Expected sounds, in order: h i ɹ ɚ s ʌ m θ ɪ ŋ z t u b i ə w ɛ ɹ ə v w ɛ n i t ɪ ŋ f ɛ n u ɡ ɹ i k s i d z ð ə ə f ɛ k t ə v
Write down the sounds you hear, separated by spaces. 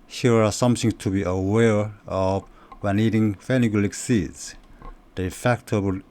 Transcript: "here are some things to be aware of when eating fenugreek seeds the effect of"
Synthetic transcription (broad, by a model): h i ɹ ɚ s ʌ m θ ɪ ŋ t u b i ə w ɛ ɹ ə v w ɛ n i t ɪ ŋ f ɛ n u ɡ l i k s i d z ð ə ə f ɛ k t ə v